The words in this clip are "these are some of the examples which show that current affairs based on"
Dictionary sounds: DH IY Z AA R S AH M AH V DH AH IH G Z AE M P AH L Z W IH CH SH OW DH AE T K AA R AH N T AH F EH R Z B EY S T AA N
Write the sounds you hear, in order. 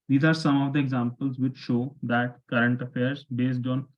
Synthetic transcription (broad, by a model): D IY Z AA R S AH M AH V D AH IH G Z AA M P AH L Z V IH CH SH OW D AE T K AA R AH N T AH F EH R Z B EY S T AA N